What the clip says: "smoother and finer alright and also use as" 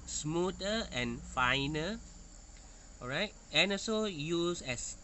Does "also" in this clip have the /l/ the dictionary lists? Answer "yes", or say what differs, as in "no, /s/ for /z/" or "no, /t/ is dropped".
no, /l/ is dropped